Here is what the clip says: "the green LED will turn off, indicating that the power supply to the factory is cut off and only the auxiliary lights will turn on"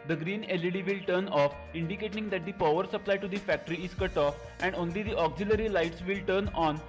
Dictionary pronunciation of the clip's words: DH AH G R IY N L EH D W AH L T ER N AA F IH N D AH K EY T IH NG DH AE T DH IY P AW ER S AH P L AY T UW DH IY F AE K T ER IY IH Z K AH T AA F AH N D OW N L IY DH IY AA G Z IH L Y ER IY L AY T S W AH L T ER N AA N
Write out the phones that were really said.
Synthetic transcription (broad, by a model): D AH G R IY N L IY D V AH L T ER N AA F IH N D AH K EY T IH NG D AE T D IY P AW ER S AH P L AY T UW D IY F AE K T ER IY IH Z K AH T AA F AH N D OW N L IY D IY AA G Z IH L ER IY L AY T S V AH L T ER N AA N